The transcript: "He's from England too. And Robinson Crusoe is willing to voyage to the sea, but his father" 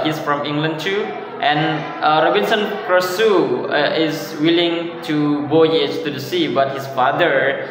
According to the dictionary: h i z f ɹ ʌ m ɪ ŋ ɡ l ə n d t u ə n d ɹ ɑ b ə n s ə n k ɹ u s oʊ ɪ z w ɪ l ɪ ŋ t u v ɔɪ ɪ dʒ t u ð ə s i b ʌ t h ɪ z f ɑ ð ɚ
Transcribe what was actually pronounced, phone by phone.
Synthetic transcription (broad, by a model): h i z f ɹ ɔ m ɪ ŋ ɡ l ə n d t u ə n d ɹ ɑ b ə n s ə n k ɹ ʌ s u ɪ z w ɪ l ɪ ŋ t u b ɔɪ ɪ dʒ t u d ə s i b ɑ t h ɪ s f ɑ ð ɚ